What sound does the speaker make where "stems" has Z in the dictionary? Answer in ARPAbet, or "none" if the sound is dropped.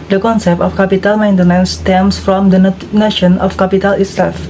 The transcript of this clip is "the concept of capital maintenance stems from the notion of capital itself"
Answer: S